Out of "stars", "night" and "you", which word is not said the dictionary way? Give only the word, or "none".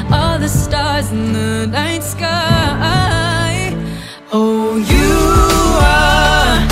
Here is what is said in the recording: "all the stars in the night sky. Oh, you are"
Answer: none